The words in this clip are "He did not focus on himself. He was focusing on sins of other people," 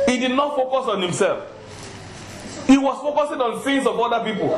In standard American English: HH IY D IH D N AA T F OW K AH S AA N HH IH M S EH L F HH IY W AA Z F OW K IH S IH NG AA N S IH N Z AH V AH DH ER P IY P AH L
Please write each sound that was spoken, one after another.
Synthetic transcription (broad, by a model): HH IY D IH D N AA T F OW K AH S AA N HH IH M S EH L F HH IY W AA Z F OW K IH S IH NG AA N TH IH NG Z AH V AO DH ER P IY P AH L